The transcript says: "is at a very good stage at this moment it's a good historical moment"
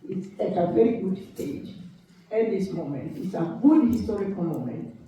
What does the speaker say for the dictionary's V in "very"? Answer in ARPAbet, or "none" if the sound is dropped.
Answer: V